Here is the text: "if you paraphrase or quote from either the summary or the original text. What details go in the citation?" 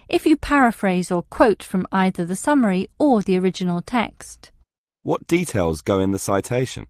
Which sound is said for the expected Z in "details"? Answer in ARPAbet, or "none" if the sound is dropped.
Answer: Z